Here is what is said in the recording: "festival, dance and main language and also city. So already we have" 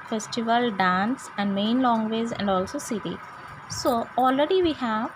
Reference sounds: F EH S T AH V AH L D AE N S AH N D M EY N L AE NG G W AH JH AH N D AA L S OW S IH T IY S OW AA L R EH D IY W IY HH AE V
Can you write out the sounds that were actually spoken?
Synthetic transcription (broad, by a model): F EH S T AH V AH L D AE N S AH N D M EY N L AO NG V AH Z AH N D AA L S OW S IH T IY S OW AA L R EH D IY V IY HH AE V